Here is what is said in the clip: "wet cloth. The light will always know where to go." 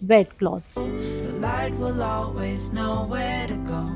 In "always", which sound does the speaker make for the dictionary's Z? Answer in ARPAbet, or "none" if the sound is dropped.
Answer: Z